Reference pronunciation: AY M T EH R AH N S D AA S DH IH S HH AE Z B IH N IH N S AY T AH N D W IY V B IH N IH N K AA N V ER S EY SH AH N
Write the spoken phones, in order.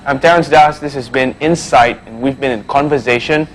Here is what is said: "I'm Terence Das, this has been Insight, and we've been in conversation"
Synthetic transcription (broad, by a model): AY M T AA AH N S D AA S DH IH S HH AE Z B IH N IH N S AY T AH N W IY V B IH N IH N K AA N V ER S EY SH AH N